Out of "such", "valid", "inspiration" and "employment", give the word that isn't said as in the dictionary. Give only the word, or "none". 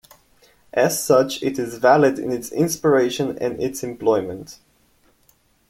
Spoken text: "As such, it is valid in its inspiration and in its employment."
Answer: inspiration